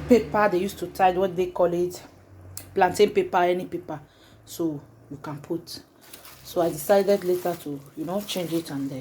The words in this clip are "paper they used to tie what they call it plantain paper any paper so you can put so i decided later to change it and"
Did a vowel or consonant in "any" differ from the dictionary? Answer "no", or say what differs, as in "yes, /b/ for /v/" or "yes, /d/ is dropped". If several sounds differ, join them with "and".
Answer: no